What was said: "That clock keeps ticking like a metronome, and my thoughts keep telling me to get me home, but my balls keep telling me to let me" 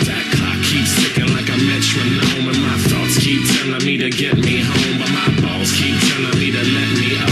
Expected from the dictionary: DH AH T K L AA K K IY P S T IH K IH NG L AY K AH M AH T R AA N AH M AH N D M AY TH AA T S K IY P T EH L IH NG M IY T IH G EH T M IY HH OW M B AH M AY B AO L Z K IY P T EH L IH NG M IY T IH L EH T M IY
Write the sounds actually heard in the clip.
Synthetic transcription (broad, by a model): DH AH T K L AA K K IY P S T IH K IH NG L AY K AH M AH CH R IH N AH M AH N M AY TH AA T S K IY P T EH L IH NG M IY T IH G EH T M IY HH OW M B AH M AY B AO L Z K IY P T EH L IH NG M IY T IH L EH T M IY